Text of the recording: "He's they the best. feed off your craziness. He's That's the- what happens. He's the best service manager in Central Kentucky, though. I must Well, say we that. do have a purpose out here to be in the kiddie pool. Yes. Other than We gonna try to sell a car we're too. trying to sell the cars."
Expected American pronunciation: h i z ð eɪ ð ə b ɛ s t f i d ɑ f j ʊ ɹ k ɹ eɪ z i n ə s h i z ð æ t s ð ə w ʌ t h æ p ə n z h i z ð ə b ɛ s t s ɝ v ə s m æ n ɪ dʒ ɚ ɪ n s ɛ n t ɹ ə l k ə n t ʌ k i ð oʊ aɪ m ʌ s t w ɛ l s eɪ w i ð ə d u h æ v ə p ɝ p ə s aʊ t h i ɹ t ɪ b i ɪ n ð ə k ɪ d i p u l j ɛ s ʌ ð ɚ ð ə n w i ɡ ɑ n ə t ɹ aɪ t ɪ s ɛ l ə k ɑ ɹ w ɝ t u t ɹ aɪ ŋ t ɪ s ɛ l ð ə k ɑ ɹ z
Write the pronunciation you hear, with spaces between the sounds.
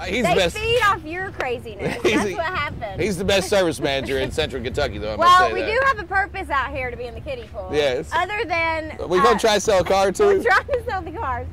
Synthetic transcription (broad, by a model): h i z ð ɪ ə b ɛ s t f i d ɑ f j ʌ ɹ k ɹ eɪ z i n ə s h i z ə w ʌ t h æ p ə n h i z ð ə b ɛ s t s ɝ v ə s m æ n ɪ dʒ ɚ ɪ n s ɛ n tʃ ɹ l k ə n t ʌ k i ð oʊ aɪ w ɛ l w i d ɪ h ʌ v ə p ɝ p ə s aʊ t h i ɹ t ɪ b i ɪ n ð ə k ɪ d i f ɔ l j ɛ s ʌ ð ɚ ð ə n w i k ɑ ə t ɹ aɪ t ɪ s ɛ l ə k ɑ ɹ t u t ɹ aɪ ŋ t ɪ s ɛ l ð ə k ɑ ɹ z